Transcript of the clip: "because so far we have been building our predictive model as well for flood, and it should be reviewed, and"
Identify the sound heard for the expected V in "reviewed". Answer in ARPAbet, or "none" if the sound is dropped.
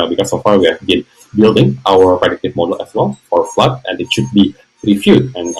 F